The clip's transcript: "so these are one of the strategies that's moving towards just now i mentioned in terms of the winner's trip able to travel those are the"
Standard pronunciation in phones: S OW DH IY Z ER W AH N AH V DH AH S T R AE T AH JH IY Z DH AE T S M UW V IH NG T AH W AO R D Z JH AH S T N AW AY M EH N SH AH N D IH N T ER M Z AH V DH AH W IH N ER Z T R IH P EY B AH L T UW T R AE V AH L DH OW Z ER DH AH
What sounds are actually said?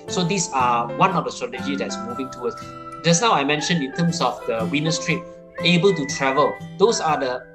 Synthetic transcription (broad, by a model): S OW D IY S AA W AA N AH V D AH S T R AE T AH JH IY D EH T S M UW V IH NG T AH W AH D S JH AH S N AW AY M EH N SH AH N IH N T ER M S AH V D AH W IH N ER S T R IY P EY B AH L T UW T R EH V AH L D OW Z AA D AH